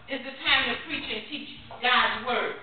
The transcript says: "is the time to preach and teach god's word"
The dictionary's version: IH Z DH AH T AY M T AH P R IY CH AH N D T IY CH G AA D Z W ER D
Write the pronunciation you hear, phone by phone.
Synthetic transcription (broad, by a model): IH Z DH AH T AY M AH P R IY CH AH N T IY CH G AA D Z W ER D